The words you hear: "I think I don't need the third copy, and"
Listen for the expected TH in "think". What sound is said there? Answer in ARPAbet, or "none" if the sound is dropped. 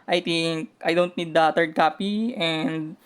T